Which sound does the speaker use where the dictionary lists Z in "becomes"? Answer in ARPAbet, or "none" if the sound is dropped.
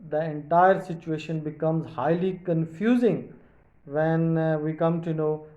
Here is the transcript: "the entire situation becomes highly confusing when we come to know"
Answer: Z